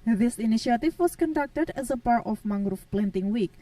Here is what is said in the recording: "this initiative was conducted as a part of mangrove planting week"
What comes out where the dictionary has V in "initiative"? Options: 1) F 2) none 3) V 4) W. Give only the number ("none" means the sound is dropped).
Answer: 1